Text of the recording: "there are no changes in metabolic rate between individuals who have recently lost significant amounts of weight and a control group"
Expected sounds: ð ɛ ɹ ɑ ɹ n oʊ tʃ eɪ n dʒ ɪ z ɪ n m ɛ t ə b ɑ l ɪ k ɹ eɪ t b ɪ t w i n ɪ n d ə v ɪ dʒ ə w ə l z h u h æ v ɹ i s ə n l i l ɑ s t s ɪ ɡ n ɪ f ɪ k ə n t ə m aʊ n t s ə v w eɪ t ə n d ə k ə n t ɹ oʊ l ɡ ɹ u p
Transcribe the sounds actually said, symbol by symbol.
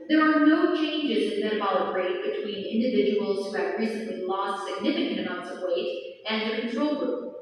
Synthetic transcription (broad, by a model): ð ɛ ɹ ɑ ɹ n oʊ tʃ eɪ n dʒ ɪ z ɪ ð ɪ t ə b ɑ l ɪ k ɹ eɪ t b ɪ t w i n ɪ n d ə v ɪ dʒ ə w l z h u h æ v ɹ i s ə n l i l ɑ s t s ɪ ɡ n ɪ f ɪ k ə n t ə m aʊ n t s ə v w eɪ t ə n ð ə k n t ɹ oʊ l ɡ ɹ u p